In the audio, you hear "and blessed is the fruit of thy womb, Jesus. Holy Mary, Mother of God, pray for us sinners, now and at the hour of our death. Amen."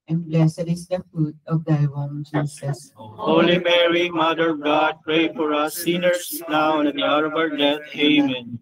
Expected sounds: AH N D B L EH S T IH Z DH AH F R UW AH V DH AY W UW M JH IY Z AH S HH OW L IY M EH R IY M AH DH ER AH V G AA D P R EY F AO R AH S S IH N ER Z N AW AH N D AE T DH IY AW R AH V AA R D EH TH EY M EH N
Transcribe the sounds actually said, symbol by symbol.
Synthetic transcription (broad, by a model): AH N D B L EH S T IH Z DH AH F UW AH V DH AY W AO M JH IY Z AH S HH OW L IY M EH R IY M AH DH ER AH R G AA D P R EY F AO R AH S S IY N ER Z N AW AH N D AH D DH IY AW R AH B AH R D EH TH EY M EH N